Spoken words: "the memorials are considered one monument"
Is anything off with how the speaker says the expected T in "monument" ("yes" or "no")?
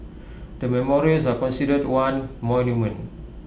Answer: yes